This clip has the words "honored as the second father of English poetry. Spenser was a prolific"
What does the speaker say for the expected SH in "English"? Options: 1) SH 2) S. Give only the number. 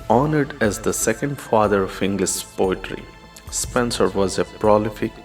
2